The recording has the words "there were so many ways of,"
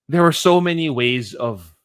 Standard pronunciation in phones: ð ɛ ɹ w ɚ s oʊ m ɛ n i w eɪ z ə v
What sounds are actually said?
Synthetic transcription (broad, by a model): ð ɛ ɹ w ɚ s oʊ m ɛ n i w eɪ z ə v